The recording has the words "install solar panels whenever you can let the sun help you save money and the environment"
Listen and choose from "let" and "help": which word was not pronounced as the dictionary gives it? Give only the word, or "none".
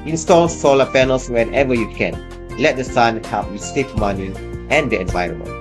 help